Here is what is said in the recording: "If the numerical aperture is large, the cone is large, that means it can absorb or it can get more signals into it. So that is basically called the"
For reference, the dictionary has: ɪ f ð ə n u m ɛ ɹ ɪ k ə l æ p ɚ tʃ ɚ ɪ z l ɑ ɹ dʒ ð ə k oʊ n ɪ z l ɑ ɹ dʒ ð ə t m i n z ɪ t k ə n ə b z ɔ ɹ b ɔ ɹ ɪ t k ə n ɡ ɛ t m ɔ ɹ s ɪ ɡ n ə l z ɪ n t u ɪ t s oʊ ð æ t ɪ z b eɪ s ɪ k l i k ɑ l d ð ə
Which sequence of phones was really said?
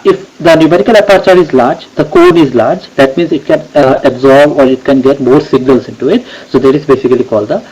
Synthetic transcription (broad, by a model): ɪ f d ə n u m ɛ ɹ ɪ k ə l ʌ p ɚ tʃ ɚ ɪ z l ɑ ɹ dʒ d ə k oʊ n ɪ z l ɑ ɹ dʒ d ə t m i n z ɪ t k ə n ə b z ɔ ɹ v ɔ ɹ ɪ t k ə n ɡ ɛ t m ɔ ɹ s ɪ ɡ n ə l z ɪ n t u ɪ t s oʊ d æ t ɪ z b eɪ s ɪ k l i k ɑ l d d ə